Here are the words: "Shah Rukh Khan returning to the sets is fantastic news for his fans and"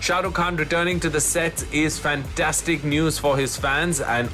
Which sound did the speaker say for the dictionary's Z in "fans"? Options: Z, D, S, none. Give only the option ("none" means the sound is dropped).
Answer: Z